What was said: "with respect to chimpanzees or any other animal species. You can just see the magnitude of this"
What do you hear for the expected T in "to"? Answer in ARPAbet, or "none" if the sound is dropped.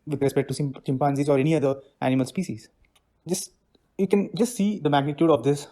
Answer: S